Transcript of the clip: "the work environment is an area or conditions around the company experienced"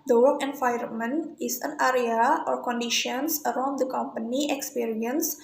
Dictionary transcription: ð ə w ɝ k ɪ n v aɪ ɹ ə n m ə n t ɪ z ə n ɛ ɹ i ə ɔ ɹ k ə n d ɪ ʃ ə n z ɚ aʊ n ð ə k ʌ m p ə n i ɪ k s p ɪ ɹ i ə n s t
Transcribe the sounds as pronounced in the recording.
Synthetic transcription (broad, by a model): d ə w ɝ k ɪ n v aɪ ə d m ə n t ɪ s ə n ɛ ɹ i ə ɔ ɹ k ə n d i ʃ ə n s ɚ aʊ n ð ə k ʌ m p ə n i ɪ k s p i ɹ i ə n s